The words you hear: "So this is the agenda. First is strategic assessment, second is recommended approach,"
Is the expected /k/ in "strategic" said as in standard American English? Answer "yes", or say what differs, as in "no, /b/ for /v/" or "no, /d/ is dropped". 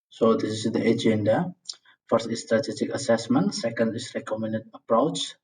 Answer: yes